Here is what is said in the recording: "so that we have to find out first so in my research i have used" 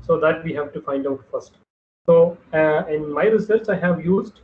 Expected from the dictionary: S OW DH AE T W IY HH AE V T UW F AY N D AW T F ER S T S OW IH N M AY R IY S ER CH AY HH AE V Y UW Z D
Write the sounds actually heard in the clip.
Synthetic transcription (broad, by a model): S OW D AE T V IY HH AE V T UW F AY N D AW T F ER S T S OW IH N M AY R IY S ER S AY HH AE V Y UW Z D